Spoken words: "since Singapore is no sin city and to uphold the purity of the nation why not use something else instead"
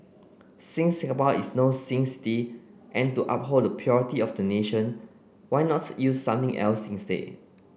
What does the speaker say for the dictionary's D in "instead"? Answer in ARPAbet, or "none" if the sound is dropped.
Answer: none